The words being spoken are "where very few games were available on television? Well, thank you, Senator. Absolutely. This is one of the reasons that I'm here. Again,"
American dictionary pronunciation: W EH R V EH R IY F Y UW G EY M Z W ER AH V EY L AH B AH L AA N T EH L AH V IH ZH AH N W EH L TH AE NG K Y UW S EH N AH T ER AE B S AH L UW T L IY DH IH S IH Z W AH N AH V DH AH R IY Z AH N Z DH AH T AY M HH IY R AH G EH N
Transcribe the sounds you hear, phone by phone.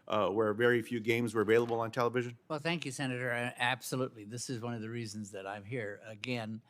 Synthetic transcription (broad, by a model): W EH R V EH R IY F Y UW G EY M Z W ER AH V EY L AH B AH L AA N T EH L AH V IH ZH AH N W EH L TH AE NG K Y UW S EH N AH T ER AE B S AH L UW T L IY DH IH S IH Z W AH N AH V DH AH R IY Z AH N Z DH AH T AY M HH IY R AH G EH N